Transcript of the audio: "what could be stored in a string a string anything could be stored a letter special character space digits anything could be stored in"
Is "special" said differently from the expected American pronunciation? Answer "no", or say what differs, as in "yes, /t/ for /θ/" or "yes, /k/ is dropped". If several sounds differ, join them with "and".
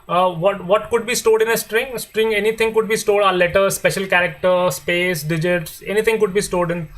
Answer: no